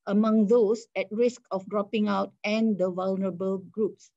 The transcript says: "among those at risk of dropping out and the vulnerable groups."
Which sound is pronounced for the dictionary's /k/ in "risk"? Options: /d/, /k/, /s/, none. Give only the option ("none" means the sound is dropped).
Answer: /k/